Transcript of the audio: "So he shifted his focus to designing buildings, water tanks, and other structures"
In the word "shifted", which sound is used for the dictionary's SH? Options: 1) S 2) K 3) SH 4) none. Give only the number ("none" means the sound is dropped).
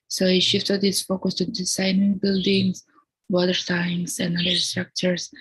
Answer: 3